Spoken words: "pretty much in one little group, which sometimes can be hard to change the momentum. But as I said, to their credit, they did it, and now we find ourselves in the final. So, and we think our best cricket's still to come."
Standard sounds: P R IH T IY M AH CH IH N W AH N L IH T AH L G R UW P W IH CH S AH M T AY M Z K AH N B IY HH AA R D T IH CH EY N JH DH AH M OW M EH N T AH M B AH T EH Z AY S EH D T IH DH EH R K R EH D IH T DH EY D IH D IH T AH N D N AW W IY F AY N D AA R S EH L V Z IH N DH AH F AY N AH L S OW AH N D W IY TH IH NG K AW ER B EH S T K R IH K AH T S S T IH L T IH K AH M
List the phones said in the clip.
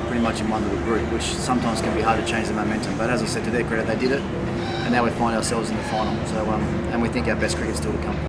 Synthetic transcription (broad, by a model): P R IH T IY M AH CH IH N W AH N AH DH G R UW P W IH CH S AH M T AY M Z K AH N B IY HH AA R D T IH CH EY N JH DH AH M OW M EH N T AH M B AH T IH Z AY S EH D T IH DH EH K R EH D IH T DH EY D IH D IH T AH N N AW W IY F AY N D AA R S EH L V Z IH N DH AH F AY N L S OW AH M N W IY TH IH NG K AW ER B EH S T K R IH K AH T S S T IH L T IH K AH M